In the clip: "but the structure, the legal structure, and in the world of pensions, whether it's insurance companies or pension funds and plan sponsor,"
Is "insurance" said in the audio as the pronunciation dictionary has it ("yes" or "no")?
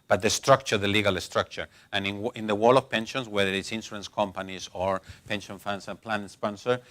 no